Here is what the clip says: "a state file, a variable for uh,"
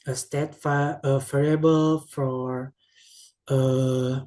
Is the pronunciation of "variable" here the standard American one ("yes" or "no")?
no